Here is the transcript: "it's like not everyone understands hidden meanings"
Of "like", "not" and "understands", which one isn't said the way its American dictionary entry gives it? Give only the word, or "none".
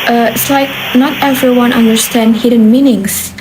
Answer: understands